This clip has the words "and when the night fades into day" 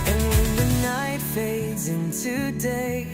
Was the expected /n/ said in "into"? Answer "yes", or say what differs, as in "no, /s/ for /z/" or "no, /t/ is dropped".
yes